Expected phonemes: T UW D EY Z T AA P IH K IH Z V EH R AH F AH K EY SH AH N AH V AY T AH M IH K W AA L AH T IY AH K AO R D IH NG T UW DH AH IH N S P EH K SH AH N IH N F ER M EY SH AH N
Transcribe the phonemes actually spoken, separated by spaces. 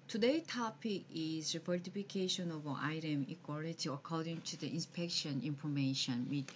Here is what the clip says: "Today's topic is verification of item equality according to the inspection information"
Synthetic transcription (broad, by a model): T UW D EY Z T AA P IH K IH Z F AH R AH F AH K EY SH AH N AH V AY T AH M IH K W AA L AH T IY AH K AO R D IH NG T UW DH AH IH N S P EH K SH AH N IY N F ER M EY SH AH N